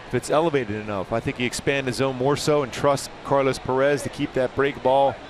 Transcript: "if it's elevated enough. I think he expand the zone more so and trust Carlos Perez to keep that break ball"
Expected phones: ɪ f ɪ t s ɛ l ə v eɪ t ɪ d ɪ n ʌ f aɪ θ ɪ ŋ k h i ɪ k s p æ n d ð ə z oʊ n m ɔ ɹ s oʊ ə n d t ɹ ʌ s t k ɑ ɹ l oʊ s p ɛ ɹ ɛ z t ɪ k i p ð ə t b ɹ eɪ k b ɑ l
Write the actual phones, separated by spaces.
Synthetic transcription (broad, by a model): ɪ f ɪ t s ɛ l ə v eɪ t ɪ d ɪ n ʌ f aɪ θ ɪ ŋ k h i ɪ k s p æ n d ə z oʊ n m ɔ ɹ s oʊ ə n t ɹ ʌ s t k ɑ ɹ l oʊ s p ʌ ɹ ɛ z t ɪ k i p ð ə t b ɹ eɪ k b ɑ l